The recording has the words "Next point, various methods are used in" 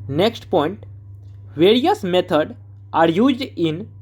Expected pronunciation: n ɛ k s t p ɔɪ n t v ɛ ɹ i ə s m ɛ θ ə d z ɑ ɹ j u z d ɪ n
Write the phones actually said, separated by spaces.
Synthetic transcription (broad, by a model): n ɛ k s t p ɔɪ n t v ɛ ɹ i ə s m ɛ t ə d ɑ ɹ j u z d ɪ n